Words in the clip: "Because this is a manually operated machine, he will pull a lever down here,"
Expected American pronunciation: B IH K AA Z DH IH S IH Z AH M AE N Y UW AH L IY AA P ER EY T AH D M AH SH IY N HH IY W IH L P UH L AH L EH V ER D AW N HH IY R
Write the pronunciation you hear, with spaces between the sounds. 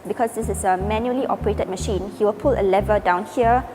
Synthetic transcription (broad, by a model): B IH K AA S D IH S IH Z AH M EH N Y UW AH L IY AA P ER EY T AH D M AH SH IY N HH IY W IH L P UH L AH L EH V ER D AW N HH IY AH